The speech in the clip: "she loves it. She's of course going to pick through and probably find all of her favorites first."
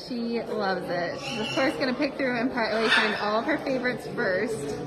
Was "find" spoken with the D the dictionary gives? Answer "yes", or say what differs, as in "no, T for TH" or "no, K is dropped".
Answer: no, D is dropped